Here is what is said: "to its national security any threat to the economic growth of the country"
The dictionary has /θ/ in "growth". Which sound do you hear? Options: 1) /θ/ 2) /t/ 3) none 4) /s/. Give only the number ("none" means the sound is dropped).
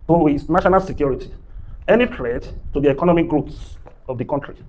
4